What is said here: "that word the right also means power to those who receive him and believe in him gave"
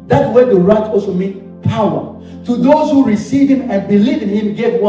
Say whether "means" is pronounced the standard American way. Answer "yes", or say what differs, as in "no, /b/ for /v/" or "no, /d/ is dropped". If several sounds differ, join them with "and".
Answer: no, /z/ is dropped